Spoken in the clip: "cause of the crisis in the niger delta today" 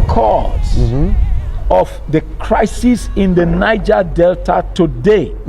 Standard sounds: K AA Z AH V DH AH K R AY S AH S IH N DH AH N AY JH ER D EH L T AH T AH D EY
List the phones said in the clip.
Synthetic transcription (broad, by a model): K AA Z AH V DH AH K R AY S AH S IH N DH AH N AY JH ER D EH L T AH T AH D EY